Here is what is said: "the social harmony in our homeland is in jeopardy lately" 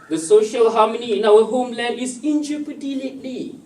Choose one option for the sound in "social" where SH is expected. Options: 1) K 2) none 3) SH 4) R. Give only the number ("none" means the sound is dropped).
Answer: 3